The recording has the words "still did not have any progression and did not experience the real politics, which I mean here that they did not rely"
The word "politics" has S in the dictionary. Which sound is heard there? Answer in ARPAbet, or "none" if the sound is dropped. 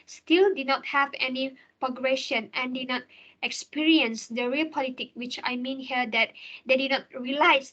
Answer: none